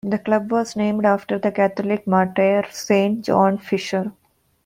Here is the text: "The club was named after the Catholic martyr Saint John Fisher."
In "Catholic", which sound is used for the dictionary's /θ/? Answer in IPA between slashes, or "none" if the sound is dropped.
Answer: /t/